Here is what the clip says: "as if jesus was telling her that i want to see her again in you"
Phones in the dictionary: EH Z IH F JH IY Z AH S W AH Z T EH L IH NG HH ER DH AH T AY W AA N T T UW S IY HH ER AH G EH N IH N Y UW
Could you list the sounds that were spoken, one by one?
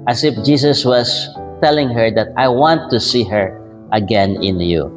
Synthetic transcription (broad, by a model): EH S IH F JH IY S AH S W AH S T EH L IH NG HH ER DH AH T AY W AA N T T UW S IY HH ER AH G EH N IH N Y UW